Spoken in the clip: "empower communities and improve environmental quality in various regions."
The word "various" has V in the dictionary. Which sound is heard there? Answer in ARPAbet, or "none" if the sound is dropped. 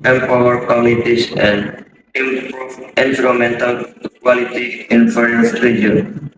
F